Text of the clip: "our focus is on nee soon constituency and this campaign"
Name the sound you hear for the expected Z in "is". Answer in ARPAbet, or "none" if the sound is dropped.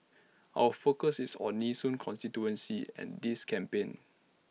S